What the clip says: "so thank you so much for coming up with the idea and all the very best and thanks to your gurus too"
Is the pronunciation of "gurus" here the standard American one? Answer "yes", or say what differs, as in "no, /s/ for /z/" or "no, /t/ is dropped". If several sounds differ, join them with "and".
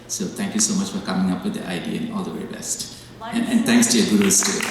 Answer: no, /w/ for /ɹ/ and /s/ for /z/